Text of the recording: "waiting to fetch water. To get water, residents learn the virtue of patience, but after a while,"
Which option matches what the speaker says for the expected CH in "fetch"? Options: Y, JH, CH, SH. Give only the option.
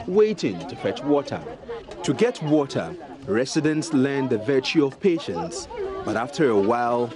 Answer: CH